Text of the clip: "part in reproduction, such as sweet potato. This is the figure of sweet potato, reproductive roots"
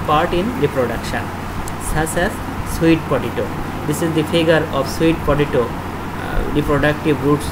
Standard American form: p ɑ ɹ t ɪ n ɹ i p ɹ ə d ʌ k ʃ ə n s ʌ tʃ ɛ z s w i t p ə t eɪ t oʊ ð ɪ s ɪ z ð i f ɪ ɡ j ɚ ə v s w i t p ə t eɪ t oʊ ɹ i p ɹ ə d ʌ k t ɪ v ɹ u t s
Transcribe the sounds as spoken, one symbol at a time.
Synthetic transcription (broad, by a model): p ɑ ɹ t ɪ n ɹ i p ɹ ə d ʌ k ʃ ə n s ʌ s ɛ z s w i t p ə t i t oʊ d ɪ s ɪ z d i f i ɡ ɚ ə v s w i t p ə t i t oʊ ɹ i p ɹ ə d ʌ k t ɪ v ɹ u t s